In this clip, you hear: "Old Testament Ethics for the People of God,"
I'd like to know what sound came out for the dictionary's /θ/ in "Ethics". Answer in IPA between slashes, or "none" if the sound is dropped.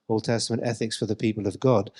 /θ/